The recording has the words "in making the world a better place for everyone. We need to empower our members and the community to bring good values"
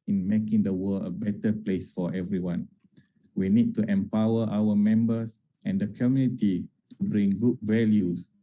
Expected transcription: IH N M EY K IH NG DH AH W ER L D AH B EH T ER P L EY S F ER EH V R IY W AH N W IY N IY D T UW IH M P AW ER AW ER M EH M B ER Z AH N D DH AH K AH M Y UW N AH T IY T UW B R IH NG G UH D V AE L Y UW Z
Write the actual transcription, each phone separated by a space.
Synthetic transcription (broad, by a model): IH N M EY K IH NG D AH W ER L AH B EH T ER P L EY S F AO EH V R IY W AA N W IY N IY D T UW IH M P AW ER AW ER M EH M B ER S AH N D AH K AH M Y UW N AH T IY T UW B R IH NG G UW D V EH L Y UW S